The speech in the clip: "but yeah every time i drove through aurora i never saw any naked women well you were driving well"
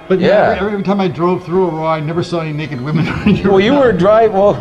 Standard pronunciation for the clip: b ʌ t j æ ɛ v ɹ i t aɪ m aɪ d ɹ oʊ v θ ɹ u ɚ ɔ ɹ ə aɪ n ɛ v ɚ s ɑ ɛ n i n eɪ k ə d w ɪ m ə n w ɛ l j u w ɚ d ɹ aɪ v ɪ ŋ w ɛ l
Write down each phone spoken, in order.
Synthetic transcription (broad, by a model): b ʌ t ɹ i ɛ v ɹ i t aɪ m aɪ d ɹ oʊ v θ ɹ u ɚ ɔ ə aɪ n ɛ v ɚ s ɑ ɛ n i n eɪ k ə d w ɪ m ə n w ɛ l j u w ɚ d ɹ aɪ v w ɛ l